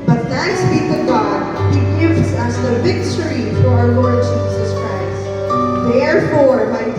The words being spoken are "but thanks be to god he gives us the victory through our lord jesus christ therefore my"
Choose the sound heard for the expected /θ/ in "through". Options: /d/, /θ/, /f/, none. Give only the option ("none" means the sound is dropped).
/f/